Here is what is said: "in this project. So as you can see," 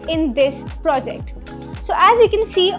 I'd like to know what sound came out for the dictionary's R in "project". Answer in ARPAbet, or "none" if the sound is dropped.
R